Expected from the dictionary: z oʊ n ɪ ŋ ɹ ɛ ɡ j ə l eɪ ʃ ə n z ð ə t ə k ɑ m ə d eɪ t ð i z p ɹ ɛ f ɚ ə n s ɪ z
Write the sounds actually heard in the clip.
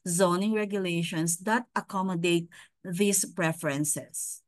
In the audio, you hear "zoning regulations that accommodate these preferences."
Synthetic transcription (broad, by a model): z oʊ n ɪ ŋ ɹ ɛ ɡ j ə l eɪ ʃ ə n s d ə t ə k ɑ m ə d eɪ t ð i s p ɹ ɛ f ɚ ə n s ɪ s